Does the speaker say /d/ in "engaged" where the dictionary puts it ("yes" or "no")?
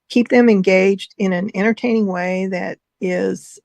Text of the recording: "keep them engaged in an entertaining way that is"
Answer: yes